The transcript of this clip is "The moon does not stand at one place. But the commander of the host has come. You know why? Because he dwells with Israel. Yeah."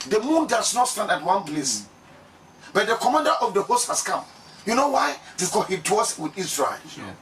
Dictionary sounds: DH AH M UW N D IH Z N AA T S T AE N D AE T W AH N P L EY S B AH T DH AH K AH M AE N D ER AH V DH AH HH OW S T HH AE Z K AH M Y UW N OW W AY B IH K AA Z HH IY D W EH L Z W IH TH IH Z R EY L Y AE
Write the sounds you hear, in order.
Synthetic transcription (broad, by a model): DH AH M UW N D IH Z N AA T S T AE N D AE T W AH N P L EY S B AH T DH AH K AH M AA N D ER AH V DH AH HH OW S T HH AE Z K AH M Y UW N OW W AY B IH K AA HH IY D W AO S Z W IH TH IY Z R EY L